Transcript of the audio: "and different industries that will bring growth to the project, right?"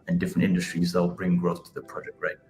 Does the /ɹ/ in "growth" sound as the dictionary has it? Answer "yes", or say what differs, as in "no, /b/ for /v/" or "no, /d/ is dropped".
yes